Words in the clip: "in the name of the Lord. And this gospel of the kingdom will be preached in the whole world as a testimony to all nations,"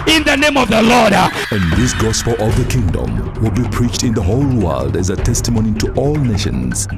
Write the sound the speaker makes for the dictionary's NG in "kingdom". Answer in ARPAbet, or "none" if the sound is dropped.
NG